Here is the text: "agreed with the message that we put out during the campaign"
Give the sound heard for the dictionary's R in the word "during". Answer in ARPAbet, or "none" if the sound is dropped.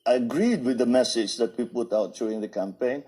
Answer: none